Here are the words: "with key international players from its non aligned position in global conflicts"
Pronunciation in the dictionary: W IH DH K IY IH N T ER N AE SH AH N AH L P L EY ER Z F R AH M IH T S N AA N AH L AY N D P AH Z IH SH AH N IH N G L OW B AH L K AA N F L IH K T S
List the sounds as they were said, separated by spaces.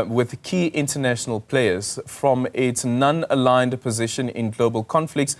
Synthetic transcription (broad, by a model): W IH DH K IY IH N T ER N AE SH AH N AH L P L EY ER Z F R AH M IH T S N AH N AH L AY N D P AH Z IH SH AH N IH N G L OW B AH L K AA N F L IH K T S